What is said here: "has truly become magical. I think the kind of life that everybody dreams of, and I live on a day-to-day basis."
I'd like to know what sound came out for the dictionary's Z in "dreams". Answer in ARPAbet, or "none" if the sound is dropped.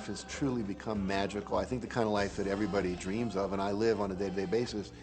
Z